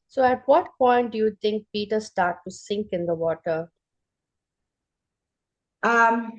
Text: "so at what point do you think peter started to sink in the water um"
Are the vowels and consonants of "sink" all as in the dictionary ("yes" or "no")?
yes